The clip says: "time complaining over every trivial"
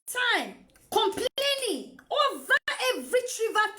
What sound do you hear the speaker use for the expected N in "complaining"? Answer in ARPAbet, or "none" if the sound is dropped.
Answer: L